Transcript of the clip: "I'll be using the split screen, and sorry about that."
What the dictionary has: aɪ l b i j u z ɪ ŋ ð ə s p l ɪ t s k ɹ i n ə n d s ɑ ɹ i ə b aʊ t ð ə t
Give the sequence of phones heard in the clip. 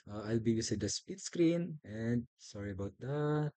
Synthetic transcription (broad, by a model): aɪ l b i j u s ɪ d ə s p ɪ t s k ɹ i n ə n d s ɑ ɹ i ə b aʊ t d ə t